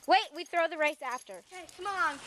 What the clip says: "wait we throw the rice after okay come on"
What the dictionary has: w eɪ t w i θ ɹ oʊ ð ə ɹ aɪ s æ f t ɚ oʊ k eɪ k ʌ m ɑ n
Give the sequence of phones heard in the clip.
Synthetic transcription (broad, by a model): w eɪ t w i θ ɹ oʊ ð ə ɹ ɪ s æ f t ɚ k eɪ k ʌ m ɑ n